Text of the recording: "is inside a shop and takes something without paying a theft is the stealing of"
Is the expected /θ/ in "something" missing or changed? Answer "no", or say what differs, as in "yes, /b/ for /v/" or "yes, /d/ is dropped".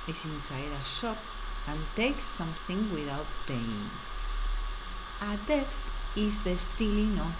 no